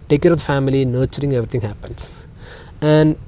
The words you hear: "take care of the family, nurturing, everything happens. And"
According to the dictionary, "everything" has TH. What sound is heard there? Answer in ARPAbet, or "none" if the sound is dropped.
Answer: T